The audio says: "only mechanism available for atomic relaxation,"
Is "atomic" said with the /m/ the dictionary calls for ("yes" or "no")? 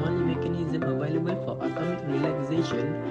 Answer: no